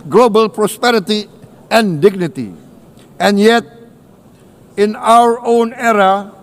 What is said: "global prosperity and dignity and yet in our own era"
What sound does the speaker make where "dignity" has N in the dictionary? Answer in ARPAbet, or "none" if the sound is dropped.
N